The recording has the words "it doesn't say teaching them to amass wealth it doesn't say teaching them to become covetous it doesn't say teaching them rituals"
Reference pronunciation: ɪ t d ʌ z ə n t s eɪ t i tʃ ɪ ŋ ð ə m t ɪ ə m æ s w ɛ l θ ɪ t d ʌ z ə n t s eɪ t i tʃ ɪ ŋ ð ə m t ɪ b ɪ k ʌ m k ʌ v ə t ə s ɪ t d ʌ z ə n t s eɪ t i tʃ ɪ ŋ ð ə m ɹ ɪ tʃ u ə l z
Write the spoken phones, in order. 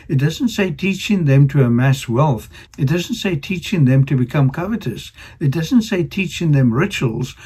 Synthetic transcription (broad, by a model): ɪ t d ʌ z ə n t s eɪ t i tʃ ɪ ŋ ð ə m t ɪ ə m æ s w ɛ l θ ɪ t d ʌ z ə n t s eɪ t i tʃ ɪ ŋ ð ə m t ɪ b ɪ k ʌ m k ʌ v ə t ə s ɪ t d ʌ z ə n t s eɪ t i tʃ ɪ ŋ ð ə m ɹ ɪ tʃ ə l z